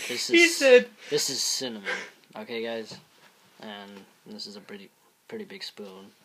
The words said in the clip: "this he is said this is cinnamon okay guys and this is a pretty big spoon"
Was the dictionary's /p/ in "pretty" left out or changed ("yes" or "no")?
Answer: no